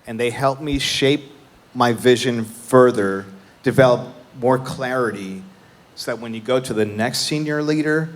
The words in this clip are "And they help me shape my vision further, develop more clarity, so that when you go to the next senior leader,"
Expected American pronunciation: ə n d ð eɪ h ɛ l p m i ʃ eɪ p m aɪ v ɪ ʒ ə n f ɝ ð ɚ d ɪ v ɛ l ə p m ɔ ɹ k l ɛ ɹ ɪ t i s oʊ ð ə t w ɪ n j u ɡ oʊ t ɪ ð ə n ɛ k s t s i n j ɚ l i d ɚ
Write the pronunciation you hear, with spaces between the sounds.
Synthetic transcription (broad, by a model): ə n ð eɪ h ɛ l p m i ʃ eɪ p m aɪ v ɪ ʒ ə n f ɝ ð ɚ d ɪ v ɛ l ə p m ɔ ɹ k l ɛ ɹ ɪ t i s oʊ ð ə t w ɪ n j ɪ ɡ oʊ t ɪ ð ə n ɛ k s t s i n j ɚ l i d ɚ